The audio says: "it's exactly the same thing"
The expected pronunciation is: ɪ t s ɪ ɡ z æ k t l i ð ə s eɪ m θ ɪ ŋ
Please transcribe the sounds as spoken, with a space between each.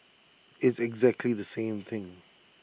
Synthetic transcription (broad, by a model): ɪ t s ɪ ɡ z æ k t l i ð ə s eɪ m θ ɪ ŋ